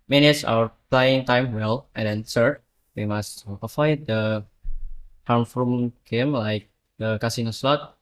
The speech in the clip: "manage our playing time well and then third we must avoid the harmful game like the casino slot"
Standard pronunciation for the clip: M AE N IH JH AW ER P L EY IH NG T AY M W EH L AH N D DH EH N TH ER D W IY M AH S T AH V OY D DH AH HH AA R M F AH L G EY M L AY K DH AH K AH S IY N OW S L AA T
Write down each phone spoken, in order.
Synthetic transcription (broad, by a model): M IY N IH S AW ER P L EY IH NG T AY M W EH L AH N D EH N S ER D W IY M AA S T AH F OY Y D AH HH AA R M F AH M G EY M L AY K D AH K AH S IY N OW S L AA T